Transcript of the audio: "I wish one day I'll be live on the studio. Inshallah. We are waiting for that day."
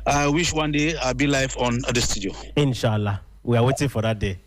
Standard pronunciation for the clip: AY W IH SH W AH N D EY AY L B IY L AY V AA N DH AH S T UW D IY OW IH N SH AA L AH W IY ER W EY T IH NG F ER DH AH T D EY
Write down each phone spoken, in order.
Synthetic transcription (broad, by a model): AY W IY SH W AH N D EY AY B IY L AY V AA N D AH S T UW D IY OW IH N SH AA L AH W IY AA W EY T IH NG F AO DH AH T D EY